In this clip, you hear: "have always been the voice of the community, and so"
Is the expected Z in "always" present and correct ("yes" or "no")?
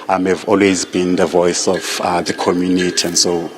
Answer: yes